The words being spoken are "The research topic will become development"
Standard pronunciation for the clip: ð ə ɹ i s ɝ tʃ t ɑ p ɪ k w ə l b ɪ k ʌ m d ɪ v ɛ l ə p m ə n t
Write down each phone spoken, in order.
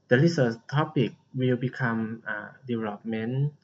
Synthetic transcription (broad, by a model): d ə l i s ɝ s t ɑ p ɪ k w ə l b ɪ k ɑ m d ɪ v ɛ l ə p m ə n